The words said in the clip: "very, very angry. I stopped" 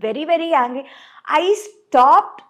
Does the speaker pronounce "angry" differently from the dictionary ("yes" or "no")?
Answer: yes